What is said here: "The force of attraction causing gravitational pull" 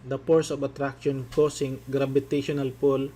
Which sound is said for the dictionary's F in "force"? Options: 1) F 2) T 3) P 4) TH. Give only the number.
3